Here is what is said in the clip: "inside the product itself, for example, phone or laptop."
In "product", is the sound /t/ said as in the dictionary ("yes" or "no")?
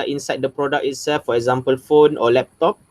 no